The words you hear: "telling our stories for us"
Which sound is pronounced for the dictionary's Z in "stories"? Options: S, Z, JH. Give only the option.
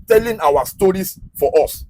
S